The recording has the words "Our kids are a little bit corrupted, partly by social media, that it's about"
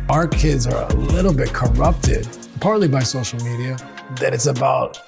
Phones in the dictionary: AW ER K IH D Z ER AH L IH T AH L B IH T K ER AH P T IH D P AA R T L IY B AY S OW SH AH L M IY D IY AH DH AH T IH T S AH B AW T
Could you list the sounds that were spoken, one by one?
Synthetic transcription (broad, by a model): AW ER K IH D Z ER AH L IH T L B IH T K ER AH P T IH D P AA R T L IY B AY S OW SH L M IY D IY AH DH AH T IH T S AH B AW T